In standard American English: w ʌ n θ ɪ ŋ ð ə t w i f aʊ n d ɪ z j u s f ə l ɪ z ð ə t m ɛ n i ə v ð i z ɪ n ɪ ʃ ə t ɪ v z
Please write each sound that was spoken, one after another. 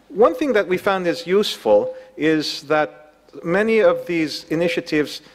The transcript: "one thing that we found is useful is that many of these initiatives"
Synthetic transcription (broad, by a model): w ʌ n θ ɪ ŋ ð ə t w i f aʊ n d ɪ z j u s f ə l ɪ z ð ə t m ɛ n i ə v ð i z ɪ n ɪ ʃ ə t ɪ v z